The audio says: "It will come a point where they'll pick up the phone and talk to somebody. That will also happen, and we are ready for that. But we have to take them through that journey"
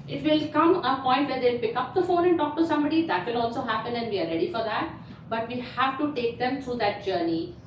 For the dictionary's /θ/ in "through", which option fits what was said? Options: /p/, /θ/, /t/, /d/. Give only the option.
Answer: /t/